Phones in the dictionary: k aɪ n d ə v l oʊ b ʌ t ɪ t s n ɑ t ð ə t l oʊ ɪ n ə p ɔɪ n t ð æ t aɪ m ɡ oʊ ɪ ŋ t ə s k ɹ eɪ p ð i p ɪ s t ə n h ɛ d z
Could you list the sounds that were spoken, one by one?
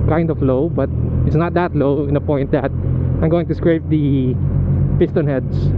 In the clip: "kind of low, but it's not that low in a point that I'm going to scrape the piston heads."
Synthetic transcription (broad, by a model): k aɪ n d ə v l oʊ b ʌ t ɪ t s n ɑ t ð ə t l oʊ ɪ n ə p ɔɪ n t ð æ t aɪ m ɡ oʊ ɪ ŋ t ə s k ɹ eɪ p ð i p ɪ s t ə n h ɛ d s